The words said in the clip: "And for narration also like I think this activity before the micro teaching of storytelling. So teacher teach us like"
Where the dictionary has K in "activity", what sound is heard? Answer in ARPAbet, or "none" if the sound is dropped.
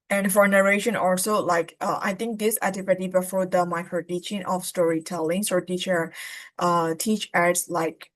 none